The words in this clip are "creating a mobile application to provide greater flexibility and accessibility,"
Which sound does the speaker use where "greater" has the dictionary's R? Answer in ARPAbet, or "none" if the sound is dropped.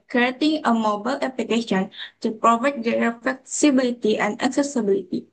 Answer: none